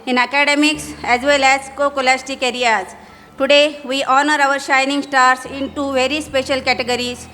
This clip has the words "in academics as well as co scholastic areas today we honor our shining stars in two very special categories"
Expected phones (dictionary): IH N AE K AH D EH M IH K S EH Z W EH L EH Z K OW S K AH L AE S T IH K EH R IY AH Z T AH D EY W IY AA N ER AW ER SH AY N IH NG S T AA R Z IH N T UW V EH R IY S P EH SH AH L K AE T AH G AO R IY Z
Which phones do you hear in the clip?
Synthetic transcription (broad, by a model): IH N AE K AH D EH M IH K S EH Z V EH L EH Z K OW K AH L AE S T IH K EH R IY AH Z T AH D EY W IY AA N ER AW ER SH AY N IH NG S T AA R S IH N T UW V EH R IY S P EH SH AH L K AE T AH G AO R IY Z